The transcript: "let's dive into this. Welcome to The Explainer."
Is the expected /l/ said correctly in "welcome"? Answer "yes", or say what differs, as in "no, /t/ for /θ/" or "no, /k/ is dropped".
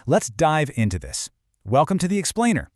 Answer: yes